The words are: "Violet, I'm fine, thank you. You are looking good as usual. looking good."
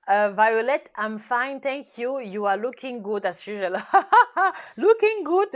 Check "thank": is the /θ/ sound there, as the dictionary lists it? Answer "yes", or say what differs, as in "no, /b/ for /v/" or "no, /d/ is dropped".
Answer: no, /t/ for /θ/